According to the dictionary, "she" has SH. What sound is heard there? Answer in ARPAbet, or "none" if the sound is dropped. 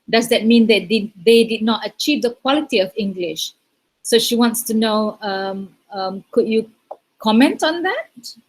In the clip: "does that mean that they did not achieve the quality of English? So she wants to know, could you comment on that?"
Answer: SH